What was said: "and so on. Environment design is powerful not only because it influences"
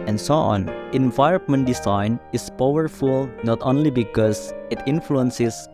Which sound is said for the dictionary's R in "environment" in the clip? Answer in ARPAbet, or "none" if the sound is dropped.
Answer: none